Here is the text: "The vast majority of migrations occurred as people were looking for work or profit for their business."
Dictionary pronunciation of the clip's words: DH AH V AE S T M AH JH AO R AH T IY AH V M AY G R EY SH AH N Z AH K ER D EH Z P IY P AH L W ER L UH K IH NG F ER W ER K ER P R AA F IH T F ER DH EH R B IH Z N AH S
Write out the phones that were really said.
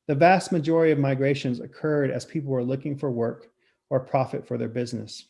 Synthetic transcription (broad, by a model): DH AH V AE S T M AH JH AO R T IY AH V M AY G R EY SH AH N Z AH K ER D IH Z P IY P L W ER L UH K IH NG F ER W ER K ER P R AA F IH T F ER DH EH R B IH Z N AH S